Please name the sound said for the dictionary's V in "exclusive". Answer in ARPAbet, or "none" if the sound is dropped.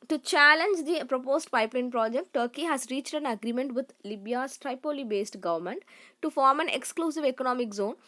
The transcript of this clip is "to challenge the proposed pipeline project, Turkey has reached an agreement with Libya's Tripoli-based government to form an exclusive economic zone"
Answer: V